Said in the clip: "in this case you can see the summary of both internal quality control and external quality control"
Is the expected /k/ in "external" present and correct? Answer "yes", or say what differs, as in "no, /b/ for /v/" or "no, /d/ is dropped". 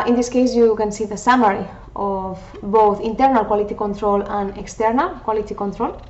yes